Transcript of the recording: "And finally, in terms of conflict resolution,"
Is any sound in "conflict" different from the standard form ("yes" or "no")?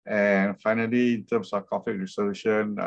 yes